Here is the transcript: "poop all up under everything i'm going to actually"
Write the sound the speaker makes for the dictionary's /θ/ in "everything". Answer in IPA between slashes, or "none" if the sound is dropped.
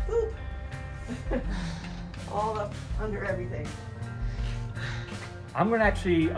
/θ/